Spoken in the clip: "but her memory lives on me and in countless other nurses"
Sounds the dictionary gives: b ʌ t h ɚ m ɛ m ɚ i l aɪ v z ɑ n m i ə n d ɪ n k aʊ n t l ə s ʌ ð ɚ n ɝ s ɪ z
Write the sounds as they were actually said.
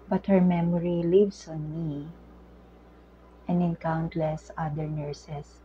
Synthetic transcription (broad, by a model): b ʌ t h ɚ m ɛ m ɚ i l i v s ɑ n m i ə n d ɪ n k aʊ n t l ə s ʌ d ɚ n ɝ s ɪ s